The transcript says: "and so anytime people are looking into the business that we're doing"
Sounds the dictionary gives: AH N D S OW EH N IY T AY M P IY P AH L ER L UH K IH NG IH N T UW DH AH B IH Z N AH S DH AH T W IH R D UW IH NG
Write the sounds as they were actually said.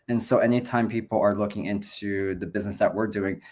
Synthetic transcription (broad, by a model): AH N S OW EH N IY T AY M P IY P L ER L UH K IH NG IH N T UW DH AH B IH Z N AH S DH AH T W IH R D UW IH NG